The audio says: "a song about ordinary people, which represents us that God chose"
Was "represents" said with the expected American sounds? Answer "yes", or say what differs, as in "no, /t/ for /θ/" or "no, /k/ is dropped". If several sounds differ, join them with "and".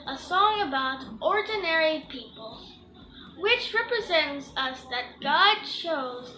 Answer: yes